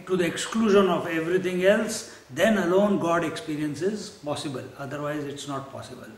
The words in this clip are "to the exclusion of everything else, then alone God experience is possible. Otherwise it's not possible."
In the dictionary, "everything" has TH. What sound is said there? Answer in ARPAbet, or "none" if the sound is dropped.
T